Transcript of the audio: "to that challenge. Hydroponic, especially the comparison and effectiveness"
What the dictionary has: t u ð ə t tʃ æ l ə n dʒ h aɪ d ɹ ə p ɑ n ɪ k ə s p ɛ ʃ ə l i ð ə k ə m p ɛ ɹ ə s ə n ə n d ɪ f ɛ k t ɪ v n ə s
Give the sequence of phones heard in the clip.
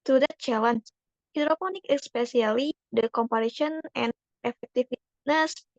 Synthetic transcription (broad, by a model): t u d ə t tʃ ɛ l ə n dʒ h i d ɹ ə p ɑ n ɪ k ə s p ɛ s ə l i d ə k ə m p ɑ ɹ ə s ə n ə n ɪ f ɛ k t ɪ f n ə s